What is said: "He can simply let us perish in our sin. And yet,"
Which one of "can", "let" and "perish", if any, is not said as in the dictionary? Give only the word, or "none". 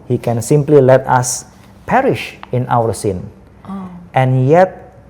none